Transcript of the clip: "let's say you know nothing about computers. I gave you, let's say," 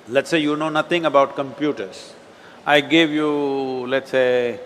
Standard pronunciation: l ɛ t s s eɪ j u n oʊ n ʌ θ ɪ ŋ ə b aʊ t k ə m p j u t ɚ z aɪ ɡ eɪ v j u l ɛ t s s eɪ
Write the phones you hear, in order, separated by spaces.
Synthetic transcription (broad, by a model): l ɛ t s s eɪ j u n oʊ n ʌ t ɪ ŋ ə b aʊ t k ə m p j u t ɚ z aɪ ɡ eɪ v j u l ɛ t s s eɪ